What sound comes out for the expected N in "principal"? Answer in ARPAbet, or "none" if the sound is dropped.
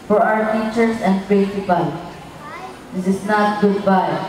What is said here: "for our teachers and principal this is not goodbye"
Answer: none